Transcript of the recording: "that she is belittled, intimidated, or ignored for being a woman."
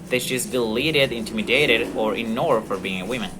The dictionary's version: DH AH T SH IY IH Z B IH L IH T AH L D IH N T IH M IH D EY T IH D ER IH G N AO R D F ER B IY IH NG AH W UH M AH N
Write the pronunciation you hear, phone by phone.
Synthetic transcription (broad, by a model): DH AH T SH IY IH Z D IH L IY T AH D IH N T IH M IH D EY T IH D ER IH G N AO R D F ER B IY IH NG AH W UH M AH N